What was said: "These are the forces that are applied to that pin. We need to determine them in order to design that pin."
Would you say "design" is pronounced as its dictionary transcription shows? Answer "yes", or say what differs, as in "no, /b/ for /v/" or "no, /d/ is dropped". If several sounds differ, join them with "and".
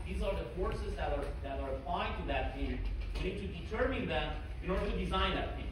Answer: yes